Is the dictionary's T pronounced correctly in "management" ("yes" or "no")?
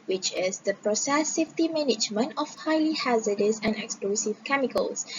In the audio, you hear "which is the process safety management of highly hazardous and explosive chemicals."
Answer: no